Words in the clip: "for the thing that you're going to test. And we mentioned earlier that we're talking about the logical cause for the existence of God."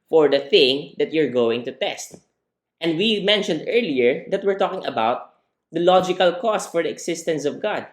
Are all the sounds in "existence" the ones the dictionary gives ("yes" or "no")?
no